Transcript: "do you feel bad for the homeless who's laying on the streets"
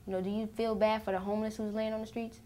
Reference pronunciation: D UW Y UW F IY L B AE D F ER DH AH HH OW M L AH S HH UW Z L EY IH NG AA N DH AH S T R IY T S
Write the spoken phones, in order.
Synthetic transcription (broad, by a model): D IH Y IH F IY L B AE D F ER DH AH HH OW M L AH S HH UW Z L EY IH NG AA N DH AH S T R IY T S